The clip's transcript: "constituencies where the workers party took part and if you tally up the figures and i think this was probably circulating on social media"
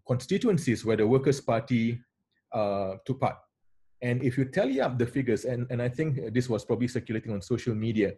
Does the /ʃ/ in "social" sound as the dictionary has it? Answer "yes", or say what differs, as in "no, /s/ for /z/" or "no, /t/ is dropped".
yes